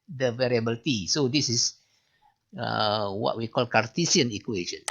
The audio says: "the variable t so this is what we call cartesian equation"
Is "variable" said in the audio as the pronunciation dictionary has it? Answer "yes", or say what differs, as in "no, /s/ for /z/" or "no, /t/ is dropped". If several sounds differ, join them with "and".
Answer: yes